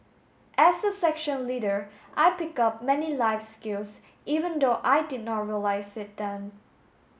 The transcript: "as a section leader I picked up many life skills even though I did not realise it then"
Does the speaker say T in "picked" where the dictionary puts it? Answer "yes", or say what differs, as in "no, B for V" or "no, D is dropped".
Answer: no, T is dropped